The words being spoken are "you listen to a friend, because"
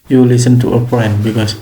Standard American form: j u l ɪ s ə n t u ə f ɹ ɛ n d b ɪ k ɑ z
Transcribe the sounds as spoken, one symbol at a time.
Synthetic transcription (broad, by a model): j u l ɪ s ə n t u ə p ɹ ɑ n b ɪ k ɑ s